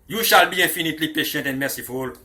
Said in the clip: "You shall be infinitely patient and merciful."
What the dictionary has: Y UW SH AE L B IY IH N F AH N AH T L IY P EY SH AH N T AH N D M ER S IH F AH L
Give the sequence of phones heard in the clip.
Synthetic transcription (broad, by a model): Y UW SH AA L B IY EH F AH N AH T L IY P EY SH AH N T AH N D M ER S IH F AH L